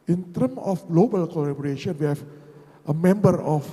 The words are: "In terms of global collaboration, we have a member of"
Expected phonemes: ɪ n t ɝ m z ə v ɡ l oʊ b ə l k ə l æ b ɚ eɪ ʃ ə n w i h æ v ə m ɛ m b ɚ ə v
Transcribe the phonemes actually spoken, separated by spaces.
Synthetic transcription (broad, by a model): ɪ n t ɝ m ə f ɡ l oʊ b ə l k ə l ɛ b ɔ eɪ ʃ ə n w i h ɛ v ə m ɛ m b ɚ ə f